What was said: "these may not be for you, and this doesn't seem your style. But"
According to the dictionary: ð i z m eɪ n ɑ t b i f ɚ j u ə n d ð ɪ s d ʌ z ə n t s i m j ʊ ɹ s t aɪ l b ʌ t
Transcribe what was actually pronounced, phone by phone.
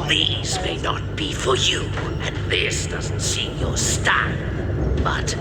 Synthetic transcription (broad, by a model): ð i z m eɪ n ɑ t b i f ɚ j u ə n ð ɪ s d ʌ z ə n t s i m j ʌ ɹ s t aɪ n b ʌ t